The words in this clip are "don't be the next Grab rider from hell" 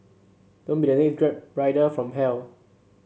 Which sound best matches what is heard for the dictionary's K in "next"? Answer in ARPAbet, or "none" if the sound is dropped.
none